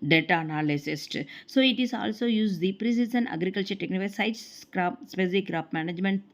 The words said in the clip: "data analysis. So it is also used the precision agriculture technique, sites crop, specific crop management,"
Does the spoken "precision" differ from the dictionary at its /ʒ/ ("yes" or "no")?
yes